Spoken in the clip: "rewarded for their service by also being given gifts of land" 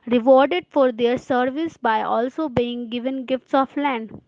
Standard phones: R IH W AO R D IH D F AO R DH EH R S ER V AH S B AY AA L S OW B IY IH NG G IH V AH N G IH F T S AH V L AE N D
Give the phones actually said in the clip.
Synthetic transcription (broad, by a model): R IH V AO R D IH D F AO R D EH R S ER V AH S B AY AA L S OW B IY IH NG G IH V AH N G IH F T S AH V L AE N D